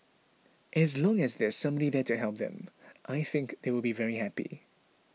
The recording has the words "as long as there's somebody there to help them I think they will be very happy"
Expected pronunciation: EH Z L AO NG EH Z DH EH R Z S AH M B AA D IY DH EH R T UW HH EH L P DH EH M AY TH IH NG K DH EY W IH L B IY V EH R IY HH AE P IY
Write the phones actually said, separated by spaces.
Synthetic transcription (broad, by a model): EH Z L AO NG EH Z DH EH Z S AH M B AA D IY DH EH T UW HH EH L P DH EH M AY TH IH NG K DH EY W IH L B IY V EH R IY HH AE P IY